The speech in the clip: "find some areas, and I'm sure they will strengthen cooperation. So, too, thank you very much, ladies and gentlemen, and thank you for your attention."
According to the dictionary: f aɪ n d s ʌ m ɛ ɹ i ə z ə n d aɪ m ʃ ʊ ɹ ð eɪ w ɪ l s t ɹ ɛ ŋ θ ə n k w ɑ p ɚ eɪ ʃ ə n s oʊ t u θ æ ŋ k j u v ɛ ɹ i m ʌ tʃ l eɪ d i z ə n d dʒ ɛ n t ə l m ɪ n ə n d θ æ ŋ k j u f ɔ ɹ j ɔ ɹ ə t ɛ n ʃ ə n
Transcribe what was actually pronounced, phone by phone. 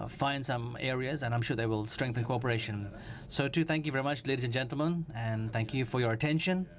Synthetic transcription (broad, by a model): f aɪ n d s ʌ m ɛ ɹ i ə z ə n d aɪ m ʃ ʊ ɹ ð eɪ w ɪ l s t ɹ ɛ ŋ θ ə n k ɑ p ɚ eɪ ʃ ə n s oʊ t u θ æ ŋ k j u v ɛ ɹ i m ʌ tʃ l eɪ d i z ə n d dʒ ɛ n t l m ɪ n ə n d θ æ ŋ k j u f ɔ ɹ j ɔ ɹ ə t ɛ n ʃ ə n